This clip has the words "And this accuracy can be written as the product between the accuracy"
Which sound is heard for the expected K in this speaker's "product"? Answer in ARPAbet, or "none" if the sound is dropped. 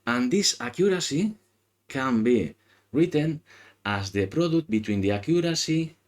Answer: none